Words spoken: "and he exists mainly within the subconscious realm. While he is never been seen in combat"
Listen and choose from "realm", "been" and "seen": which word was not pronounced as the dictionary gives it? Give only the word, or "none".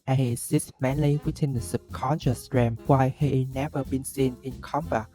realm